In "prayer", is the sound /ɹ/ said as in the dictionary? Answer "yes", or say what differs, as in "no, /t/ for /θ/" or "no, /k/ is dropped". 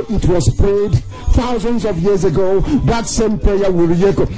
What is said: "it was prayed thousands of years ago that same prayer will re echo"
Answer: no, /l/ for /ɹ/